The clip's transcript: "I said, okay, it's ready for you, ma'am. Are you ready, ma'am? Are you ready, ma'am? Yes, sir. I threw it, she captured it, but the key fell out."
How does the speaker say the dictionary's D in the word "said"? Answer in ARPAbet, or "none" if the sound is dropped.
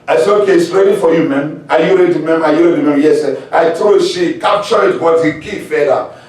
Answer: none